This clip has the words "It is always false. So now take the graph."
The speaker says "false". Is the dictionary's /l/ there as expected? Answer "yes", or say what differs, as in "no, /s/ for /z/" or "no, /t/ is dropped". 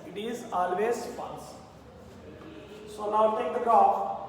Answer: no, /n/ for /l/